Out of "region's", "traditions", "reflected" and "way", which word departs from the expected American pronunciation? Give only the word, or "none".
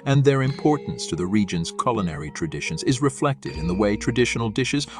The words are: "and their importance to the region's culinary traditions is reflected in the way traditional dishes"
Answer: none